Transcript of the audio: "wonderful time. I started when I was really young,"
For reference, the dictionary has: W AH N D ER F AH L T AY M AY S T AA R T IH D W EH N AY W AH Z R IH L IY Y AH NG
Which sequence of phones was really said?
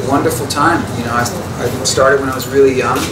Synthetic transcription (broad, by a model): W AH N D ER F L T AY M AY S T AA R T IH D W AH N AY W AH Z R IH L IY Y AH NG